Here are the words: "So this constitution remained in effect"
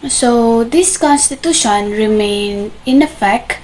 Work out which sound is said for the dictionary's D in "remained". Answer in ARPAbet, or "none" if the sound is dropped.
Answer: none